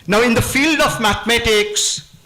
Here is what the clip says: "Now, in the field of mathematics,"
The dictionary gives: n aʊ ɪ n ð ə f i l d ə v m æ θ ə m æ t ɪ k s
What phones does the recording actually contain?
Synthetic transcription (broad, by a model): n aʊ ɪ n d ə f i l d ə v m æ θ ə m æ t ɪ k s